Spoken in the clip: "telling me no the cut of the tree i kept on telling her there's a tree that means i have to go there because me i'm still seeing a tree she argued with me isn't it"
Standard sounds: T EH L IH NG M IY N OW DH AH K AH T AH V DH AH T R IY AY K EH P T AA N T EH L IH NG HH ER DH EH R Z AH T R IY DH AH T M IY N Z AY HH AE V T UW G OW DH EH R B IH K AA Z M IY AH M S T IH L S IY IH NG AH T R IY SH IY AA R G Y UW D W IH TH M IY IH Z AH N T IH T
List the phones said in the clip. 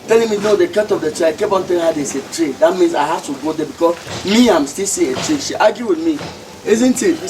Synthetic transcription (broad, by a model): T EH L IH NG M IY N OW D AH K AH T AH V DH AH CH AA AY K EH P AA N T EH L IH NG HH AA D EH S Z AH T R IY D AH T M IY N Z AY HH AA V T UW G OW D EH B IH K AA S M IY AH M S T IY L S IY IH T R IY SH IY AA G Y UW W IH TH M IY IH Z AH N T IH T